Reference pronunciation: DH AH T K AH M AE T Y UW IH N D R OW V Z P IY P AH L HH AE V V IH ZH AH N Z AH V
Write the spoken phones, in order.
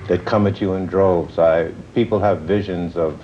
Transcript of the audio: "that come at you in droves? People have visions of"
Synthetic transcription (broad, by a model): DH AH T K AH M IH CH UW IH N D R OW V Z P IY P L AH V V IH ZH AH N Z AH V